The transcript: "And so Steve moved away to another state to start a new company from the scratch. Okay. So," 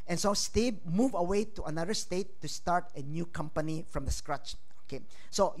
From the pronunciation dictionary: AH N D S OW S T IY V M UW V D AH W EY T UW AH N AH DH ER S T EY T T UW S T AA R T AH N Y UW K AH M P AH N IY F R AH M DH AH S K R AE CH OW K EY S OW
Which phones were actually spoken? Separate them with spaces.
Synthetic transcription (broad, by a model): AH N S OW S T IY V M UW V AH W EY T UW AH N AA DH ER S T EY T T UW S T AA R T AH N Y UW K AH M P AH N IY F R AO M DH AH S K R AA CH OW K EY S OW